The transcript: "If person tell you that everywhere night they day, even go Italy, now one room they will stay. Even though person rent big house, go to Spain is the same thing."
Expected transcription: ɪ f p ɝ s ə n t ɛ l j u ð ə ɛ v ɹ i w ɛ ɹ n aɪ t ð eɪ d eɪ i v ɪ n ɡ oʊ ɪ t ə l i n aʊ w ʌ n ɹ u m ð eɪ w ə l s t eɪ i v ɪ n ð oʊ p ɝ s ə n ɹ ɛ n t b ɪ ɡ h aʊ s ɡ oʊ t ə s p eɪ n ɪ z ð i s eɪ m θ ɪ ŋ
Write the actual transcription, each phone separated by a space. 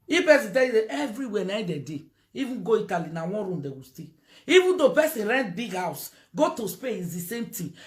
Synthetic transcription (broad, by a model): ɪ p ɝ s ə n t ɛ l j u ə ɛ v ɹ i w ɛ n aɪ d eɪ d eɪ i v ɪ n ɡ oʊ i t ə l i n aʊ w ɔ n ɹ u m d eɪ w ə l s t eɪ i v ɪ n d oʊ p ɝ s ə n ɹ ɛ n t b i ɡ h aʊ s ɡ oʊ t ə s p eɪ ɪ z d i s eɪ m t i